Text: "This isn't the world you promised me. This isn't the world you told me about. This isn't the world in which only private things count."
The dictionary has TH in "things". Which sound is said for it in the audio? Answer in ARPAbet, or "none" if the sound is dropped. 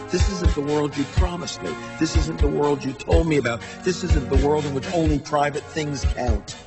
TH